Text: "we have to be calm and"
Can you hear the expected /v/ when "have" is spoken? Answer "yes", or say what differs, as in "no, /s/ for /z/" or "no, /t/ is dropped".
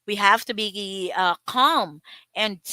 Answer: no, /f/ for /v/